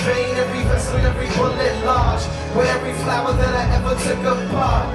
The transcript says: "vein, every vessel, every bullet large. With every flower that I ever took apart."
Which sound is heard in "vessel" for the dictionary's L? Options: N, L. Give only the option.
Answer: N